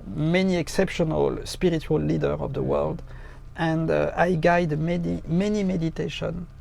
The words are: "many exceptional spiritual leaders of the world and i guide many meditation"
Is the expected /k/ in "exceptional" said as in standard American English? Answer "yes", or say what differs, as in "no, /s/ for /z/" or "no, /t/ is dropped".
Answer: yes